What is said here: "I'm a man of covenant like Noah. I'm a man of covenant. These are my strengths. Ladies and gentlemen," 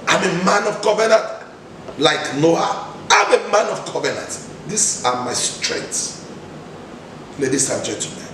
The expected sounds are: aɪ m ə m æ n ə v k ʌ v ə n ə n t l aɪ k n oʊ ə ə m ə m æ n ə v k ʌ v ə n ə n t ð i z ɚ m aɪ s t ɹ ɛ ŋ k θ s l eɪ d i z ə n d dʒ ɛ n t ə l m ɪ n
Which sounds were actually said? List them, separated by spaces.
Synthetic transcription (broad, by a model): aɪ m ə m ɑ n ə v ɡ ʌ v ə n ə n t l aɪ k n oʊ ə ə m ə m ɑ n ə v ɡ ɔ v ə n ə n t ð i s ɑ m aɪ s t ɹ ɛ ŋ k t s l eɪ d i s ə dʒ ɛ n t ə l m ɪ n